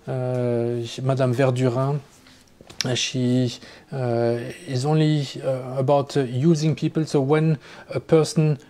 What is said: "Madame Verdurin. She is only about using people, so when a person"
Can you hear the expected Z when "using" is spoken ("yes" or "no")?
yes